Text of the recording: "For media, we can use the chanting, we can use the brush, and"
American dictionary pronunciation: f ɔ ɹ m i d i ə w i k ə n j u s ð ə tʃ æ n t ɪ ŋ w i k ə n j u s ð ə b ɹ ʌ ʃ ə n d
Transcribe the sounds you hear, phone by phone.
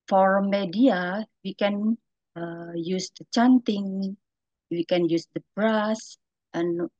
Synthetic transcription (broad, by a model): f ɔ ɹ m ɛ d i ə w i k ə n j u s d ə tʃ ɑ n t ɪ ŋ w i k ə n j u s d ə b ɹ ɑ s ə n